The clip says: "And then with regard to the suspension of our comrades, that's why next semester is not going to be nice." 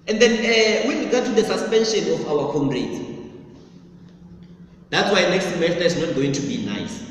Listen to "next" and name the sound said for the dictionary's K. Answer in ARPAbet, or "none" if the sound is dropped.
K